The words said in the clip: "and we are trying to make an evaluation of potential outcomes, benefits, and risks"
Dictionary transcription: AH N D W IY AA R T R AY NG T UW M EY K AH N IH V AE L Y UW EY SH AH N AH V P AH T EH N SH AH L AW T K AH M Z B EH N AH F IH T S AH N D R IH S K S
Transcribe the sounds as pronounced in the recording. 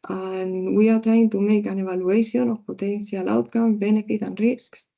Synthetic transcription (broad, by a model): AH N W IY AA R T R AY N T UW M EY K AH N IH B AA L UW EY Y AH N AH P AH T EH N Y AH L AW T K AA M B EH N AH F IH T AH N R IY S K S